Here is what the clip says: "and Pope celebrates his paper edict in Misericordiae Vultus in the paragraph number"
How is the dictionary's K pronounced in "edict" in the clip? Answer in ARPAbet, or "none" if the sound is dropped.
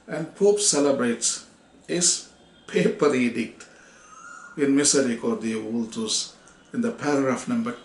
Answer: K